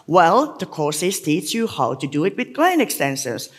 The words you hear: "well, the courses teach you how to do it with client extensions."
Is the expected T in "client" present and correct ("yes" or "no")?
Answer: no